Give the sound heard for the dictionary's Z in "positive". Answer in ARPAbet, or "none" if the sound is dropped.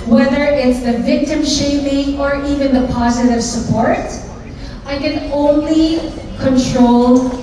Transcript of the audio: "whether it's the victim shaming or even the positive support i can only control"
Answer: Z